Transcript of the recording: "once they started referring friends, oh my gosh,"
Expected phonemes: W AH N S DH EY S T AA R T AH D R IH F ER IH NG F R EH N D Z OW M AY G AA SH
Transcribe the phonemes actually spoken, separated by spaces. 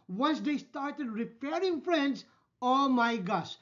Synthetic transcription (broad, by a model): W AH N S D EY S T AA R T AH D R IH P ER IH NG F R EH N D S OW M AY G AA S